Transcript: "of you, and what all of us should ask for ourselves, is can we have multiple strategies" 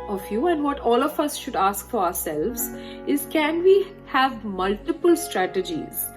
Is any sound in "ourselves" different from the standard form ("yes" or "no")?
no